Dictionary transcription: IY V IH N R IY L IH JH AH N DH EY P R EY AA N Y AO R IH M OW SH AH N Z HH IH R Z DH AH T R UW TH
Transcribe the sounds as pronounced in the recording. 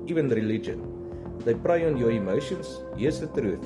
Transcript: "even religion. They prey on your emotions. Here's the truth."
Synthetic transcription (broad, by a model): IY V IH N R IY L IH JH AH N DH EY P R EY AA N Y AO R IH M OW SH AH N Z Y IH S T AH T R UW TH